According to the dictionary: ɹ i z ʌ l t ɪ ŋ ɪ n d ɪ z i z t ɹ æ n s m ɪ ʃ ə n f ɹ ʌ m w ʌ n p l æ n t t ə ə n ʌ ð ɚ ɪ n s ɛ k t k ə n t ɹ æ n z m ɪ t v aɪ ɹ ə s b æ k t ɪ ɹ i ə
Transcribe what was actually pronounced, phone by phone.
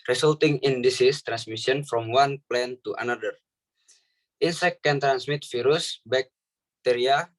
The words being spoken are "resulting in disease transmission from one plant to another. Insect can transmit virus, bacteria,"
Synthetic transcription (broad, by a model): ɹ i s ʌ l t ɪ ŋ ɪ n d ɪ s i s t ɹ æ n s m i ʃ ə n f ɹ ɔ m w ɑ n p l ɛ n t t ə n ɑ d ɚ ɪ n s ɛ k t k ə n t ɹ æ n s m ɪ t f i ɹ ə s b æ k t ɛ ɹ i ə